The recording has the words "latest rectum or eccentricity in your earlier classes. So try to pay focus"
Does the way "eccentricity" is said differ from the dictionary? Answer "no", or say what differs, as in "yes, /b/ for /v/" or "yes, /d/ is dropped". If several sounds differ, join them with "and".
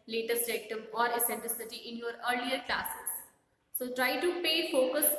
yes, /l/ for /ɹ/